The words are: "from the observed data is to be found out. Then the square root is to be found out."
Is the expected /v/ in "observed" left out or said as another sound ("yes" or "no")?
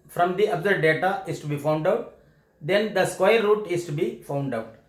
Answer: yes